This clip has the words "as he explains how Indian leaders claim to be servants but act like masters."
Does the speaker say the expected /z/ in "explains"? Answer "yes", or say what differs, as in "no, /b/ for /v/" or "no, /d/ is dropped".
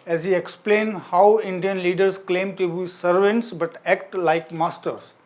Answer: no, /z/ is dropped